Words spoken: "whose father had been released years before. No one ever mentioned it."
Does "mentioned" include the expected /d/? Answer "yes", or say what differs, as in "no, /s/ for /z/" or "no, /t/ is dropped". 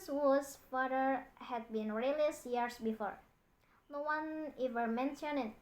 no, /d/ is dropped